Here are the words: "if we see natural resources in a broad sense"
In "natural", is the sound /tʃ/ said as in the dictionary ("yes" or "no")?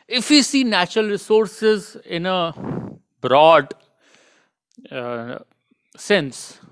yes